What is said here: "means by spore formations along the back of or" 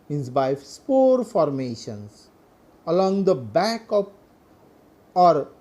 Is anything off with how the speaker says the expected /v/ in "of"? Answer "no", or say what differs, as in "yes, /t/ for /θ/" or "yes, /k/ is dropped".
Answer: yes, /p/ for /v/